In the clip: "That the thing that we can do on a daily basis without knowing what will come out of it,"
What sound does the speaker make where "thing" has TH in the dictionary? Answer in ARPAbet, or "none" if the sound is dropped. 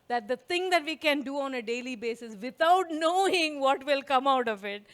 T